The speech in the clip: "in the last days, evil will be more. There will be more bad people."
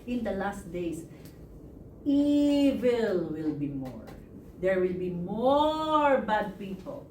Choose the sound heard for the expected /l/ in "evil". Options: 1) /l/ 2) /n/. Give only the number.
1